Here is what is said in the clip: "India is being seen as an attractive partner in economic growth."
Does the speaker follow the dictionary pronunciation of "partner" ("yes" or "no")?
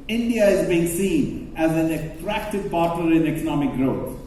no